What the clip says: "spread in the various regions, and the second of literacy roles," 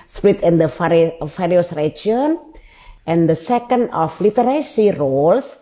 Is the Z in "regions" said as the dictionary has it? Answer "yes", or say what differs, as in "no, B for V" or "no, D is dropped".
no, Z is dropped